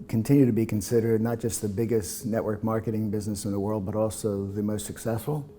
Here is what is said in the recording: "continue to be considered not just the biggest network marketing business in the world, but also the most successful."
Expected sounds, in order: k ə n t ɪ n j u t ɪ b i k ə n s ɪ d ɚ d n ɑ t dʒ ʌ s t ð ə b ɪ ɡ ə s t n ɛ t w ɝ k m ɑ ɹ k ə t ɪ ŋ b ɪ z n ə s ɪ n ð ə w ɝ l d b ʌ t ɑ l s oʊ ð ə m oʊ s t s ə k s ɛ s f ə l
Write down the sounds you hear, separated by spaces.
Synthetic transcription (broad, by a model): k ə n t ɪ n j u t ɪ b i k n s ɪ d ɚ d n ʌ t dʒ ʌ s t ð ə b ɪ ɡ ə s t n ɛ t w ɝ k m ɑ ɹ k ə t ɪ ŋ b ɪ z n ə s ɪ n ð ə w ɝ l d b ʌ t ɑ l s oʊ ð ə m oʊ s t s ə k s ɛ s f l